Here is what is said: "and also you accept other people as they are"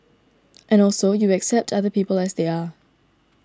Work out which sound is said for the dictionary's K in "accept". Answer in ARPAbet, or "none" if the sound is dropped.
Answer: K